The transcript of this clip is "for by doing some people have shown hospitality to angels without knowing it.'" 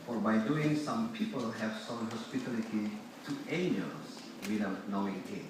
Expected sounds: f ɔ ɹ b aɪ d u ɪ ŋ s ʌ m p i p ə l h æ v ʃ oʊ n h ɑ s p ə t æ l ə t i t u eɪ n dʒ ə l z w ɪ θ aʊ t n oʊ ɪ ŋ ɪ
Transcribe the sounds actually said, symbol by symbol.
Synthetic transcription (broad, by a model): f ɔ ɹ b aɪ d u ɪ ŋ s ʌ m p i p ə l h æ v s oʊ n h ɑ s p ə t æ l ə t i t u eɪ n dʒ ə l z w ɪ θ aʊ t n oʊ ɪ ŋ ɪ